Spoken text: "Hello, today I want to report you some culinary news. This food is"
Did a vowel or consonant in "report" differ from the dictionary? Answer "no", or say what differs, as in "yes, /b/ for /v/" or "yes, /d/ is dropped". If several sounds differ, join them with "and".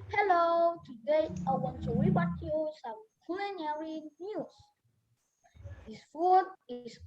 yes, /b/ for /p/